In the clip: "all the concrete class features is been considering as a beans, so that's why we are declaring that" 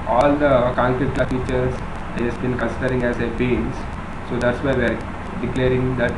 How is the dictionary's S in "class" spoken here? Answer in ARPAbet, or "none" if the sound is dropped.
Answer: none